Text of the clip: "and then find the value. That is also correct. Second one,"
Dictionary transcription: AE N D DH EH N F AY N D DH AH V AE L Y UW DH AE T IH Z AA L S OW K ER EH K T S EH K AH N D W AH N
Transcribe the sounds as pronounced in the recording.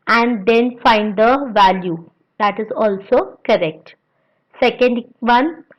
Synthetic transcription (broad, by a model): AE N D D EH N F AY N D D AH V AE L Y UW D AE T IH Z AA L S OW K ER EH K T S EH K AH N D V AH N